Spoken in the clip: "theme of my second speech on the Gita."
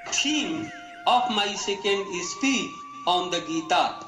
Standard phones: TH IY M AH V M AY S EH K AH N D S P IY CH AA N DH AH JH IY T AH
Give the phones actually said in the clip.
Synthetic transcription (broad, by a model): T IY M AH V M AY S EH K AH N D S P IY AA N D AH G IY T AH